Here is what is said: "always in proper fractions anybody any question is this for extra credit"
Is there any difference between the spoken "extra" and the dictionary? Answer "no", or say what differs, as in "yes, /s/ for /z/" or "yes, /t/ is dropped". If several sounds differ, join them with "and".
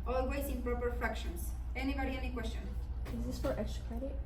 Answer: yes, /ɹ/ is dropped